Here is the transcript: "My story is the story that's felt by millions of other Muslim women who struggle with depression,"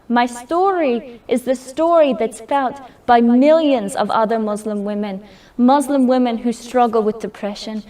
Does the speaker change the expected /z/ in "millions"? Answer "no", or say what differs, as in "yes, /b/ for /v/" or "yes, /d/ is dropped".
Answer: no